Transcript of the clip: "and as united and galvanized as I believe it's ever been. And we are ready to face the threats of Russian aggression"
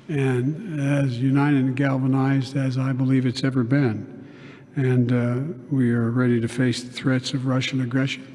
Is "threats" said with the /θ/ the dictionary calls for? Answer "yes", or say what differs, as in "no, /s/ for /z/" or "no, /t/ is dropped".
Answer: yes